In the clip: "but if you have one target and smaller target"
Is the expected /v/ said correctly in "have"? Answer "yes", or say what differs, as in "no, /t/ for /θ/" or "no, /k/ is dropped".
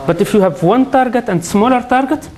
yes